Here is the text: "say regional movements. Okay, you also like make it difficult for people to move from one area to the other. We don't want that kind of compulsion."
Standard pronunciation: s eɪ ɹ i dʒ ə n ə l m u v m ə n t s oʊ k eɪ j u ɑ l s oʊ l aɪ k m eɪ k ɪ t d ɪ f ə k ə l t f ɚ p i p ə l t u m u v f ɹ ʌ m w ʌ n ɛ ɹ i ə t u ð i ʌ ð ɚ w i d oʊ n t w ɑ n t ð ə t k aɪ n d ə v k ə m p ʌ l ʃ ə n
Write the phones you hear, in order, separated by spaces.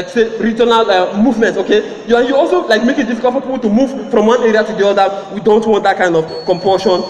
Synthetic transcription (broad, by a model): s eɪ ɹ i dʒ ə n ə l m u v m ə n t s oʊ k eɪ j u ɑ l s oʊ l aɪ k m eɪ k ɪ t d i f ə k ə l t p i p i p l t u m u v f ɹ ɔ m w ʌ n ɛ ɹ i ə t u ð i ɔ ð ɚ w i d oʊ n t w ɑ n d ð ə t k aɪ n d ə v k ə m p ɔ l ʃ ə n